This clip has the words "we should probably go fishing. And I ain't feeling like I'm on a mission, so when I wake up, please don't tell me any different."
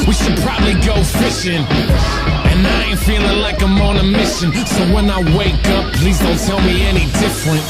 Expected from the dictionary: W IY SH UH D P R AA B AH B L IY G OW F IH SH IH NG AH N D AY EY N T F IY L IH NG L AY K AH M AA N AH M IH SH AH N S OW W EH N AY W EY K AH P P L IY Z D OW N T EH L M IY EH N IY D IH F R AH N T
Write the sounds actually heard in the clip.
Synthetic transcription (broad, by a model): W IY SH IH D P R AA B AH B L IY G OW F IH SH IH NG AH N AY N F IY L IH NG L AY K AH M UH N AH M IH SH AH N S OW W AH N AY W EY K AH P P L IY Z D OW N T EH L M IY EH N IY D IH F R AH N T